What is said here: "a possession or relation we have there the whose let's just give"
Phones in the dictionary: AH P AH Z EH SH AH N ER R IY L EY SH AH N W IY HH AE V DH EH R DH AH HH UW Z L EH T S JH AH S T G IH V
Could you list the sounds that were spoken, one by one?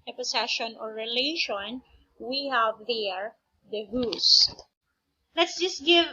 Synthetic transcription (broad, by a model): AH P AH S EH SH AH N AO R IY L EY SH AH N W IY HH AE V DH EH R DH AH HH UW S L EH T S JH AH S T G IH V